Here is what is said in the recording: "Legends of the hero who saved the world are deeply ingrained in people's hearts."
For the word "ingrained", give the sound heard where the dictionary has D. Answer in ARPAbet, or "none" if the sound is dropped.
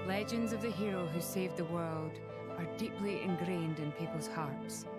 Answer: D